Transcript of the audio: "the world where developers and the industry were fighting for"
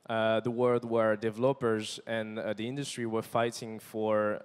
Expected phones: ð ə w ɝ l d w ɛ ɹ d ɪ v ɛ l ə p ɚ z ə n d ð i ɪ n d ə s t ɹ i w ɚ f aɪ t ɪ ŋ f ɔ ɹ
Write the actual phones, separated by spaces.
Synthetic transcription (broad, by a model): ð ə w ɝ l d w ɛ ɹ d ɪ v ɛ l ə p ɚ z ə n ð i ɪ n d ə s t ɹ i w ɚ f aɪ t ɪ ŋ f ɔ ɹ